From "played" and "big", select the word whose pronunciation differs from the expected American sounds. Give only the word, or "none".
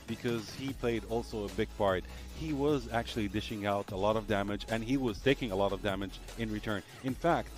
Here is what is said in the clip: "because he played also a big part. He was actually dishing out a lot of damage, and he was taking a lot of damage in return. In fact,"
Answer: none